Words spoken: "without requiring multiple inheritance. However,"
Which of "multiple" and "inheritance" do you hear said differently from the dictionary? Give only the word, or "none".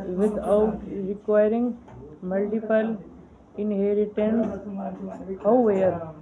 inheritance